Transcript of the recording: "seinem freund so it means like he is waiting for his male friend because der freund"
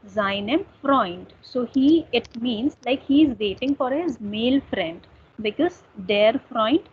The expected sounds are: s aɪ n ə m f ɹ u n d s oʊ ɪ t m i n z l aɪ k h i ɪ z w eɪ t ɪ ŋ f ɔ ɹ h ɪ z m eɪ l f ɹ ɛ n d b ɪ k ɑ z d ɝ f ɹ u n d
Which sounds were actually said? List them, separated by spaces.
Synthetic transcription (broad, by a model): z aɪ n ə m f ɹ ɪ n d s oʊ ɪ t m i n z l aɪ k h i ɪ z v eɪ t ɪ ŋ f ɔ ɹ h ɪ z m eɪ l f ɹ ɛ n d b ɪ k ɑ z d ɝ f ɹ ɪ n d